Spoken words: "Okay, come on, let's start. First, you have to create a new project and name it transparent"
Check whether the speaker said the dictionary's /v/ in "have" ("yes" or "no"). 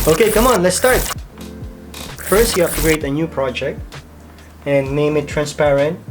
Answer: no